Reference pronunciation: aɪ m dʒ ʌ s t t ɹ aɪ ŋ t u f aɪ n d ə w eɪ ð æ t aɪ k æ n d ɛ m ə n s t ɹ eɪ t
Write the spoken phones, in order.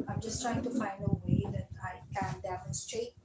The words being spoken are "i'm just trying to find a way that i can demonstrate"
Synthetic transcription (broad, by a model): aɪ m dʒ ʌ s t t ɹ aɪ ŋ t u f aɪ n d ə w eɪ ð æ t aɪ k æ n d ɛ m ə n s t ɹ eɪ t